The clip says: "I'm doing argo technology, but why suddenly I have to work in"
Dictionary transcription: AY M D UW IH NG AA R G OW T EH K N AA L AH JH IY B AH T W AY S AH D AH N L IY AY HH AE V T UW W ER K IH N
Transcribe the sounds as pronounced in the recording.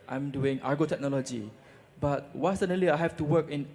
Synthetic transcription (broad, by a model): AY M D UW IH NG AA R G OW T EH K N AA L AH JH IY B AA T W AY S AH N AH L IY AY HH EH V T UW W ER K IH N